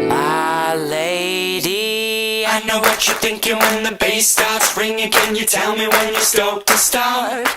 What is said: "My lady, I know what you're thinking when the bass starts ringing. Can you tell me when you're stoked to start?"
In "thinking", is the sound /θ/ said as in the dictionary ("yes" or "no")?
yes